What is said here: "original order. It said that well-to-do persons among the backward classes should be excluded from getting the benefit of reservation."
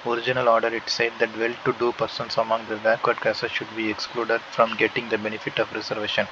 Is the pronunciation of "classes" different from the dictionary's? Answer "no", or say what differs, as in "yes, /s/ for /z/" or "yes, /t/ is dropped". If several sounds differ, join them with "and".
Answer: yes, /l/ is dropped